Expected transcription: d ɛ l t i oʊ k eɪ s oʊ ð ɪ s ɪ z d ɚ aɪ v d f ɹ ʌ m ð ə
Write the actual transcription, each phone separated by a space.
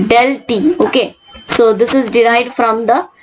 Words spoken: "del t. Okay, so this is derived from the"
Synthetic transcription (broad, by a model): d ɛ l t i oʊ k eɪ s oʊ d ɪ s ɪ z d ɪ aɪ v d f ɹ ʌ m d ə